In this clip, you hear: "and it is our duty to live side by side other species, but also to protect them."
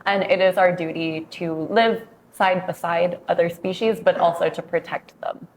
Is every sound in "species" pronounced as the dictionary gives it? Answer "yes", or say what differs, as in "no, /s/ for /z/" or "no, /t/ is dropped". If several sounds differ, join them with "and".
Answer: yes